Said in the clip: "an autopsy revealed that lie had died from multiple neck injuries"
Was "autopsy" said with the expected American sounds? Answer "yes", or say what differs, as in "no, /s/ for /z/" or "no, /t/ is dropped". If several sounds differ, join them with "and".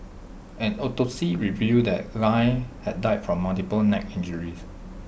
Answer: no, /p/ is dropped